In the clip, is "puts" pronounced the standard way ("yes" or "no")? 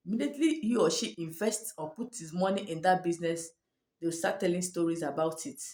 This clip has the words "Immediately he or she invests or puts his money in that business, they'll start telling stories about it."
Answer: no